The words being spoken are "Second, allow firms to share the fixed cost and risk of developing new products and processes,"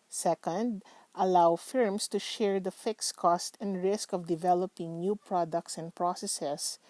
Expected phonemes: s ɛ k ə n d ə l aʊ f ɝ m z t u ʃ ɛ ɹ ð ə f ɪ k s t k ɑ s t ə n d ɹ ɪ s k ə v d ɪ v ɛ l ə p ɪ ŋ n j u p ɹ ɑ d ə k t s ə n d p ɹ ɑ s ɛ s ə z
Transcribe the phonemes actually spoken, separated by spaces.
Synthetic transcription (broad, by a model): s ɛ k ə n d ə l aʊ f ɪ m s t u ʃ ɛ ɹ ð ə f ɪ k s k ɑ s t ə n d ɹ ɪ s k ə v d ɪ v ɛ l ə p ɪ ŋ n j u p ɹ ɑ d ə k t s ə n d p ɹ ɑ s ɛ s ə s